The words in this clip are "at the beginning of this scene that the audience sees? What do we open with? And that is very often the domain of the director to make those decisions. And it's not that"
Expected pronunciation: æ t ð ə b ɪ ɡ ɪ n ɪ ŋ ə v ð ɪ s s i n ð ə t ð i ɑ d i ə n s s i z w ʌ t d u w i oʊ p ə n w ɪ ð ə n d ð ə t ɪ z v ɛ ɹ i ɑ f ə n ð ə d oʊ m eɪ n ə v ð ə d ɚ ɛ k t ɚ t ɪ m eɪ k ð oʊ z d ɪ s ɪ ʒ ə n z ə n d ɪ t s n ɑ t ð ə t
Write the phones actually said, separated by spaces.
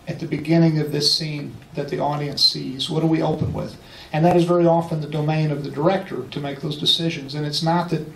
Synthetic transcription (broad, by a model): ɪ t ð ə b ɪ ɡ ɪ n ɪ ŋ ə v ð ɪ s s i n ð ə t ð i ɑ d i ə n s s i z w ʌ t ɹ w i oʊ p ə n w ɪ ð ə n ð ə t ɪ z v ɛ ɹ i ɑ f ə n ð ə d oʊ m eɪ n ə v ð ə d ɚ ɛ k t ɚ t ɪ m eɪ k ð oʊ z d ɪ s ɪ ʒ ə n z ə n ɪ t s n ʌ t ð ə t